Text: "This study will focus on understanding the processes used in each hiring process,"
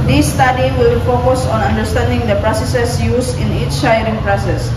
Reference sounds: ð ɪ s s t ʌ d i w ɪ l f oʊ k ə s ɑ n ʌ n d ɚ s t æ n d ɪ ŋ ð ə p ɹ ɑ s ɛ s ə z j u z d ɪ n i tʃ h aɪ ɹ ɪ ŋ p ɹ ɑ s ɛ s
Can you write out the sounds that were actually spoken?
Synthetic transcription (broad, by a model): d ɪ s s t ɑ d i w ɪ l f oʊ k ə s ɑ n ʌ n d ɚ s t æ n d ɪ ŋ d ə p ɹ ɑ s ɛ s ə s j u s ɪ n i tʃ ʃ aɪ ɹ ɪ ŋ p ɹ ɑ s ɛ s